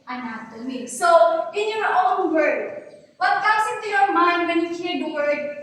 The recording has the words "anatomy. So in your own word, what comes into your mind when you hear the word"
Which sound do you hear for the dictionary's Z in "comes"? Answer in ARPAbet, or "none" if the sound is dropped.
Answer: S